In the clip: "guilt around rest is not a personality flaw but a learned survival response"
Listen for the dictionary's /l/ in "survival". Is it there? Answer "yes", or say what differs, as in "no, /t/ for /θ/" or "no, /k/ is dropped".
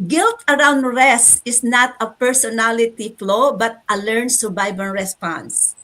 no, /n/ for /l/